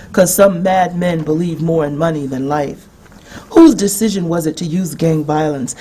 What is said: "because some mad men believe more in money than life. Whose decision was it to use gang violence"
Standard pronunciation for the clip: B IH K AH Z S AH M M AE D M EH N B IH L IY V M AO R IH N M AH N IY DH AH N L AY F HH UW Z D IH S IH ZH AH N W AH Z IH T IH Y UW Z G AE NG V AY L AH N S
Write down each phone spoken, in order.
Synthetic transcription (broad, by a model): K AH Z S AH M M AE D M EH N B IH L IY V M AO R IH N M AH N IY DH AH N L AY F HH UW Z D IH S IH ZH AH N W AH Z IH T IH Y UW Z G AE NG V AY L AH N S